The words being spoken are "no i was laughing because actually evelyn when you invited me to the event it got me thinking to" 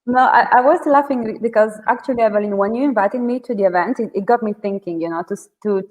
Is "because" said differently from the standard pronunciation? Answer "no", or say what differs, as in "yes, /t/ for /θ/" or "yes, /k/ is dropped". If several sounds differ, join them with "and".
no